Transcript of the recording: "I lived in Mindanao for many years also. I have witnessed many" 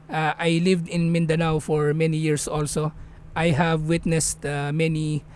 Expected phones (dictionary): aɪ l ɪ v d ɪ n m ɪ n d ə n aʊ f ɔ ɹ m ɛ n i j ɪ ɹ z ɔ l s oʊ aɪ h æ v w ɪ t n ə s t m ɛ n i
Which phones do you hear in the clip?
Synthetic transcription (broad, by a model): aɪ l ɪ v d ɪ n m ɪ n d ə n aʊ f ɔ ɹ m ɛ n i j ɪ ɹ s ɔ l s oʊ aɪ h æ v w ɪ t n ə s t m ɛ n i